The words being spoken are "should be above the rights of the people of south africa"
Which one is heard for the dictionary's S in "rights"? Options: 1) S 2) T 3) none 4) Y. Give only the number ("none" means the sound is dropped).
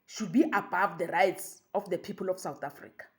1